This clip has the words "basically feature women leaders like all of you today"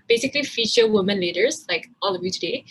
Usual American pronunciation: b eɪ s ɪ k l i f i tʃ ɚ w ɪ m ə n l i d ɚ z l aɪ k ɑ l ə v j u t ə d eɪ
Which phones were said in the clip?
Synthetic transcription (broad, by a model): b eɪ s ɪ k l i f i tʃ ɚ w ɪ m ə n l i d ɚ z l aɪ k ɑ l ə v j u t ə d eɪ